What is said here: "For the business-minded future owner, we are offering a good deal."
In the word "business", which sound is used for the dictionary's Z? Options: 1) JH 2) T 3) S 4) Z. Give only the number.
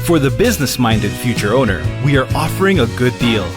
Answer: 4